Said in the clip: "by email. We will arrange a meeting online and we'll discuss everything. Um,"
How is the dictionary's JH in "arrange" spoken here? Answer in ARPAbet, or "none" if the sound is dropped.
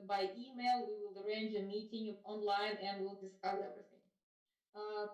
JH